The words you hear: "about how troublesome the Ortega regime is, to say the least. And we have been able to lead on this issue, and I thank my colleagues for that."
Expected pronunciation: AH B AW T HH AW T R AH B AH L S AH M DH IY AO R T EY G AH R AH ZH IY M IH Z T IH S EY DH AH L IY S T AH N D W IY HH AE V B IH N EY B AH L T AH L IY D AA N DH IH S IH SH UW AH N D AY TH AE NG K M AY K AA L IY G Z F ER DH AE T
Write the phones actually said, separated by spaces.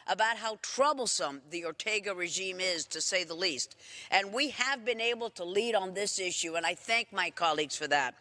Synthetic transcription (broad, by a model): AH B AW T HH AW T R AH B L S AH M DH IY AO R T EY G AH R AH ZH IY M IH Z T IH S EY DH AH L IY S T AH N W IY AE V B IH N EY B L T AH L IY D N DH IH S IH SH UW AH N AY TH AE NG K M AY K AA L IY G Z F ER DH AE T